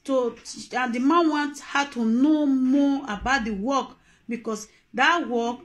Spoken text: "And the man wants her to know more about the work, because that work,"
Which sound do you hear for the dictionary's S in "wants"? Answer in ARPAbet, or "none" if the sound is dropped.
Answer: none